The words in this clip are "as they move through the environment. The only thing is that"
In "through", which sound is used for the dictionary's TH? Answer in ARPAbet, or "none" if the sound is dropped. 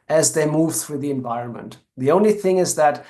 TH